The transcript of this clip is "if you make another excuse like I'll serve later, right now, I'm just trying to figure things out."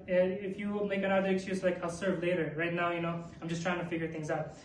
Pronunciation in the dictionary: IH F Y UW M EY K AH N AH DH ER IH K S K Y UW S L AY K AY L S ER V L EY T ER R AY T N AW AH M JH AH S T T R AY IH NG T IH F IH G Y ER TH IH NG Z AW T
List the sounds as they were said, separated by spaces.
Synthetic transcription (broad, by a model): IH F Y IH M EY K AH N AH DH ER IH K S K Y UW S L AY K AY L S ER V L EY T ER R AY T N AW AH M JH AH S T T R AY IH NG T IH F IH G Y ER TH IH NG Z AW T